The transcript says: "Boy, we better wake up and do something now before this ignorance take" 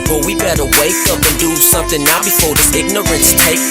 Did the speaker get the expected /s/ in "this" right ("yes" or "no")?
no